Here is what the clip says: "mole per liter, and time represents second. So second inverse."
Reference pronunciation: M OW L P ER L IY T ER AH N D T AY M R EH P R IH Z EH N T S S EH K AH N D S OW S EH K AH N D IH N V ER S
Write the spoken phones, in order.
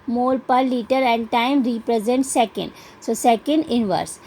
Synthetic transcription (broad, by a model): M OW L P ER L IY T ER AH N D T AY M R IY P R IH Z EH N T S S EH K AH N D S OW S EH K AH N D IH N V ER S